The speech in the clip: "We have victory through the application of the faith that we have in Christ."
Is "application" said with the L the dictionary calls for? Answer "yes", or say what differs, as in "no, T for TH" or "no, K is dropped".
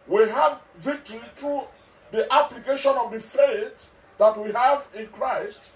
yes